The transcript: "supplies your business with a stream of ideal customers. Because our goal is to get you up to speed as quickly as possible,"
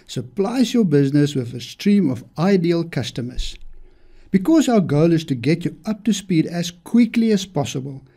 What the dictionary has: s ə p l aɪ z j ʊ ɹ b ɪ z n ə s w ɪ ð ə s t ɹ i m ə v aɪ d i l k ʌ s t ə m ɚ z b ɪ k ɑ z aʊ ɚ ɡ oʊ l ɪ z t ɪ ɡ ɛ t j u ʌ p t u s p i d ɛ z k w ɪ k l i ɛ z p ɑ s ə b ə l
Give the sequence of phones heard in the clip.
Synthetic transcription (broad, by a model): s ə p l aɪ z j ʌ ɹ b ɪ z n ə s w ɪ ð ə s t ɹ i m ə v aɪ d i l k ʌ s t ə m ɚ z b ɪ k ɑ z aʊ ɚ ɡ oʊ l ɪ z t ɪ ɡ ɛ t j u ʌ p t u s p i d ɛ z k w ɪ k l i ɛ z p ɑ s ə b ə l